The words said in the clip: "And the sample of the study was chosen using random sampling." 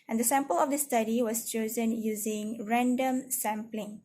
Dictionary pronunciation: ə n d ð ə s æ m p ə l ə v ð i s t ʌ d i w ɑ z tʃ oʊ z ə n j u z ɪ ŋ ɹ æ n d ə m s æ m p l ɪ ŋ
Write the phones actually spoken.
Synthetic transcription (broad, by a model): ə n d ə s æ m p ə l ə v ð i s t ʌ d i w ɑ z tʃ oʊ z ə n j u z ɪ ŋ ɹ æ n d ə m s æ m p l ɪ ŋ